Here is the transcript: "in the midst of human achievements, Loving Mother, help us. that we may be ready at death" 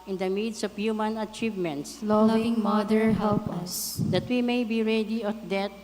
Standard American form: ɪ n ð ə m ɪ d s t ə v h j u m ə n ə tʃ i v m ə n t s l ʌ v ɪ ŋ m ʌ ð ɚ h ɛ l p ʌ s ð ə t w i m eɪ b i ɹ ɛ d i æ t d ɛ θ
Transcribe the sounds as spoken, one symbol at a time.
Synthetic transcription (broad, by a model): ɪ n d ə m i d s ə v h j u m ə n ə tʃ i v m ə n t s l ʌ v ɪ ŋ m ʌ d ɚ h ɛ l p ʌ s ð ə t w i m eɪ b i ɹ ɛ d i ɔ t d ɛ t